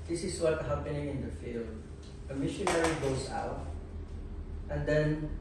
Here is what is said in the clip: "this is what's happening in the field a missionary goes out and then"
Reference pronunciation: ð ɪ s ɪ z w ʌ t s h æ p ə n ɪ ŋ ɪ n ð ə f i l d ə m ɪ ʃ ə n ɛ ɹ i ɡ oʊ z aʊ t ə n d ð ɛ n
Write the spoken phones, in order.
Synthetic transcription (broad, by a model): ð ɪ s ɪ s w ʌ t h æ p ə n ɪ ŋ ɪ n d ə f i l d ə m ɪ ʃ ə n ɛ ɹ i ɡ oʊ s aʊ t ə n d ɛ n